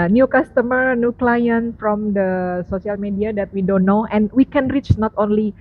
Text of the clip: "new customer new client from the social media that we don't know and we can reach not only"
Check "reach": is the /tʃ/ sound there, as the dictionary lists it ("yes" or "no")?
yes